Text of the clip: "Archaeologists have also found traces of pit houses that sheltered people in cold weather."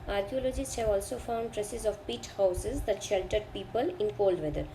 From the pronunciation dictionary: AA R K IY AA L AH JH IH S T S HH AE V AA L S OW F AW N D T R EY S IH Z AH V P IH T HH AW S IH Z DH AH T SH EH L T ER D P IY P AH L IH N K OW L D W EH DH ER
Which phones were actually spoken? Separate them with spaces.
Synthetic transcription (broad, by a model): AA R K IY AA L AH JH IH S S HH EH V AA L S OW F AW N D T R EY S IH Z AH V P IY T HH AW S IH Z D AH T SH EH L T ER D P IY P AH L IH N K OW L D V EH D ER